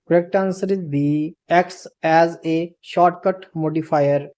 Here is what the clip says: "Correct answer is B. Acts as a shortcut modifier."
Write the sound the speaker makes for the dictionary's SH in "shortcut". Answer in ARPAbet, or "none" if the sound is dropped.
SH